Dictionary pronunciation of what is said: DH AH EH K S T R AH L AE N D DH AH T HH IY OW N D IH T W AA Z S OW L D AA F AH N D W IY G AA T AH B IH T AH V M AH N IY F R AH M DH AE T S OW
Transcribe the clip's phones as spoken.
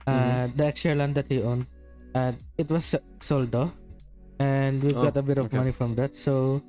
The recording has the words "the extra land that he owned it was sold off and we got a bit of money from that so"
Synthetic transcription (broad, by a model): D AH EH K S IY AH L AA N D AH T HH IY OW N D IH T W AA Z S OW L D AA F AH N D W IY G AA T AH B IH T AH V M AH N IY F R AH M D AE T S OW